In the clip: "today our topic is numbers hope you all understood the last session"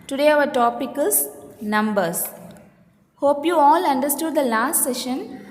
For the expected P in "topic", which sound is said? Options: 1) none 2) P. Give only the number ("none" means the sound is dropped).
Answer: 2